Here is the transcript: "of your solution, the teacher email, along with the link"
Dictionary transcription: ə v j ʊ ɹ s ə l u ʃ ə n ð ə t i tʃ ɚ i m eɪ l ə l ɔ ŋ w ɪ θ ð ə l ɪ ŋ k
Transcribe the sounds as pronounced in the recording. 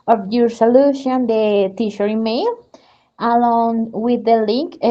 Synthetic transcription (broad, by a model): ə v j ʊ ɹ s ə l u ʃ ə n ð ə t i ʃ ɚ i m eɪ l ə l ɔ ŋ w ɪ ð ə l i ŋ k